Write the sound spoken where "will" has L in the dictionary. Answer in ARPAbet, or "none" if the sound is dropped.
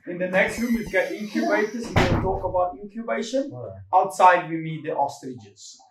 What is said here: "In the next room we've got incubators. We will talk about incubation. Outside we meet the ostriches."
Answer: N